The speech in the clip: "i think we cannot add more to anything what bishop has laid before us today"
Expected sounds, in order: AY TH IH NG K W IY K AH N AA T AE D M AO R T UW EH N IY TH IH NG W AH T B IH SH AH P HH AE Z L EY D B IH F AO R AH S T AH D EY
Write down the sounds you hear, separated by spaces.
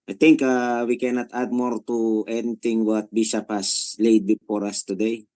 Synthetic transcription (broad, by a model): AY T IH NG K W IY K AH N AA T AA D M AO R T UW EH N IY T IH NG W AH T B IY S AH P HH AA S L EY D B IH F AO R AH S T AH D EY